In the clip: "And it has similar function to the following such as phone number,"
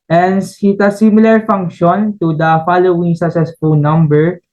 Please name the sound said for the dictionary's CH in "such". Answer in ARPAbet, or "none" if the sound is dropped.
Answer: S